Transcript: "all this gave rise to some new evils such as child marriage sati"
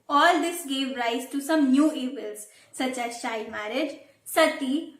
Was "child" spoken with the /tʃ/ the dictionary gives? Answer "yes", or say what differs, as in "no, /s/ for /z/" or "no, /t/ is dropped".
no, /ʃ/ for /tʃ/